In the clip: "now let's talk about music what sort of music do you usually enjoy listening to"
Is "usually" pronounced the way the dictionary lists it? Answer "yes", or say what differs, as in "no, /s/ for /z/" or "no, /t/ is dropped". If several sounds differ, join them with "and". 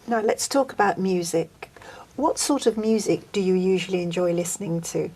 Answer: yes